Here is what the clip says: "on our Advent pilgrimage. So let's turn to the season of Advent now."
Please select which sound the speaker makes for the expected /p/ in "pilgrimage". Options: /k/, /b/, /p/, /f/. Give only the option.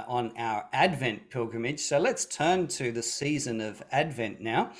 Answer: /p/